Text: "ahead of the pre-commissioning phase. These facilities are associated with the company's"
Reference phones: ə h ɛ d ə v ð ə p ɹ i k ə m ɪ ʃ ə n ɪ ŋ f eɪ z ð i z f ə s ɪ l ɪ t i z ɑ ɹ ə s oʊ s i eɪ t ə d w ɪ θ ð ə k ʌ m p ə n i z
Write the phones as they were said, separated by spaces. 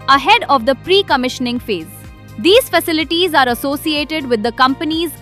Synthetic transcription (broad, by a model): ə h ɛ d ə v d ə p ɹ i k ə m ɪ ʃ ə n ɪ ŋ f eɪ z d i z f ə s ɪ l ɪ t i z ɑ ɹ ə s oʊ s i eɪ t ə d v ɪ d ə k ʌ m p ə n i z